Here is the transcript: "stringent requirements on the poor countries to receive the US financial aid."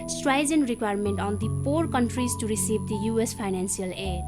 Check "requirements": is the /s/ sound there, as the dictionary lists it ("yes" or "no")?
no